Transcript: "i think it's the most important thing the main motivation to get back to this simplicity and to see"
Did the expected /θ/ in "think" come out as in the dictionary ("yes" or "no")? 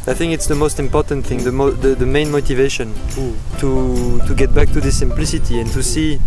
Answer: yes